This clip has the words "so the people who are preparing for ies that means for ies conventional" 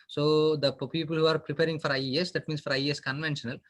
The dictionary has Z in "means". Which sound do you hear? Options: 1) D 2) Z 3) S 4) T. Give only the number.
3